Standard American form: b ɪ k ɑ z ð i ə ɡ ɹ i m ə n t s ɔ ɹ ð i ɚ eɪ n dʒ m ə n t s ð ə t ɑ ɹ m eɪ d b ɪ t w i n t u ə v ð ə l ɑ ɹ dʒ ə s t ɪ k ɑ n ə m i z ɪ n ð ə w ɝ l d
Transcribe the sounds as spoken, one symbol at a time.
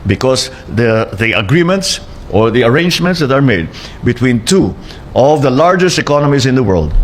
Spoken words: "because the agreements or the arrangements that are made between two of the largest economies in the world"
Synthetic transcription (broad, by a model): b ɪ k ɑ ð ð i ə ɡ ɹ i m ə n t s ɔ ɹ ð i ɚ eɪ n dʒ m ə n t s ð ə t ɑ ɹ m eɪ d b ɪ t w i n t u ə v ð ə l ɑ ɹ dʒ ə s t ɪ k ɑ n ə m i s ɪ n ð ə w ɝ l d